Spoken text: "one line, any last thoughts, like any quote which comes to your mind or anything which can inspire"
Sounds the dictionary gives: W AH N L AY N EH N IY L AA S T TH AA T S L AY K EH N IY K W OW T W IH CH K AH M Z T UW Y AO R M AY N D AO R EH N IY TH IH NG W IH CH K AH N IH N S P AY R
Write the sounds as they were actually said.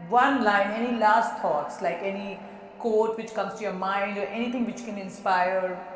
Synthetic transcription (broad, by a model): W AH N L AY N EH N IY L AA S T AA T S L AY K EH N IY K OW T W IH CH K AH M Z T UW Y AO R M AY N D AO R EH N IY T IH NG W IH CH K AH N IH N S P AY R